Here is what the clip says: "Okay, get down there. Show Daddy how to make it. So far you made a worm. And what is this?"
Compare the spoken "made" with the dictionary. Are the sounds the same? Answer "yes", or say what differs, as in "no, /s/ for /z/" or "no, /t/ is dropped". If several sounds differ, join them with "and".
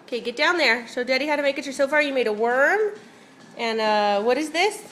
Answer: yes